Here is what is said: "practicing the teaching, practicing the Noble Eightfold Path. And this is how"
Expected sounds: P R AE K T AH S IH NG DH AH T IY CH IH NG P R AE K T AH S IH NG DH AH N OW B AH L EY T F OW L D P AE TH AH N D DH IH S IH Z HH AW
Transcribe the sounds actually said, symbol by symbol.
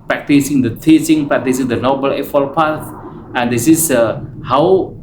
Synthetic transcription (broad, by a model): P R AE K T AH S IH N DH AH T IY S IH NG P R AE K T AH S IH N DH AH N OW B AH L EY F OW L P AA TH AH N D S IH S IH HH AW